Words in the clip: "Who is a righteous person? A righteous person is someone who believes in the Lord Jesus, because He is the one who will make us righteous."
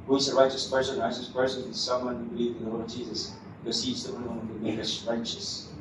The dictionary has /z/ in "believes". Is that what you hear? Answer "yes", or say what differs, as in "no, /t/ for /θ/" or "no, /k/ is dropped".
no, /z/ is dropped